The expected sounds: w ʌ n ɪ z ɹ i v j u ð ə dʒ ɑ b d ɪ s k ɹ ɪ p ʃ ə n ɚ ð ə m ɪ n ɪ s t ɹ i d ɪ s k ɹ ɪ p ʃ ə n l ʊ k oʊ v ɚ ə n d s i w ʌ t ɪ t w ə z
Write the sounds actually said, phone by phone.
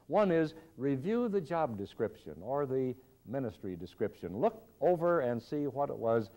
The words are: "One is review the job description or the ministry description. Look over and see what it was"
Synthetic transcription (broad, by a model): w ʌ n ɪ z ɹ i v j u ð ə dʒ ɑ b d ɪ s k ɹ ɪ p ʃ ə n ɚ ð ə m ɪ n ɪ s t ɹ i d ɪ s k ɹ ɪ p ʃ ə n l ʊ k oʊ v ɚ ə n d s i w ʌ t ɪ t w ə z